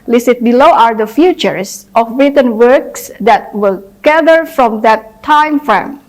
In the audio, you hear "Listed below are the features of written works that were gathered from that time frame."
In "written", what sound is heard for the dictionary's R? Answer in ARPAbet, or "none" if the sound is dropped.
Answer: R